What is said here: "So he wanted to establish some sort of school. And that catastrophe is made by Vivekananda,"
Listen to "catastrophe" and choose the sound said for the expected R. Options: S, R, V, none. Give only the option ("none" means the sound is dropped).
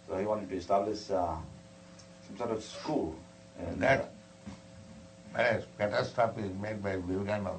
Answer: none